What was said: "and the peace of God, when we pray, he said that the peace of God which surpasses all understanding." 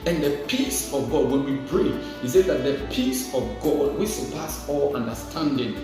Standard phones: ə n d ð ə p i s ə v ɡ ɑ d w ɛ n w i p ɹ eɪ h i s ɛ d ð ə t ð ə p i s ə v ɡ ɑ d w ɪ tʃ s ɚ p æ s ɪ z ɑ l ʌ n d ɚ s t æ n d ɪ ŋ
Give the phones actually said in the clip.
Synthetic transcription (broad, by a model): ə n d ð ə p i s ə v ɡ ɑ d w ɛ n w i b ɹ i h i s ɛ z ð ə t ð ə p i s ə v ɡ ɑ d w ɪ s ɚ p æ s ɑ l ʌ n d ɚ s t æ n d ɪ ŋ